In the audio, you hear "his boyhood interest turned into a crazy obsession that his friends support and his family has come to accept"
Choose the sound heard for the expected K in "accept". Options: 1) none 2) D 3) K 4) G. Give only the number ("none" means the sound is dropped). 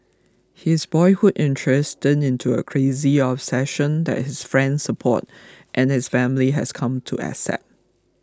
1